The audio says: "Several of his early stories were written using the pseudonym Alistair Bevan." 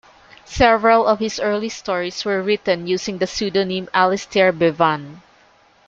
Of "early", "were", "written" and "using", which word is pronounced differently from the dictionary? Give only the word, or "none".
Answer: using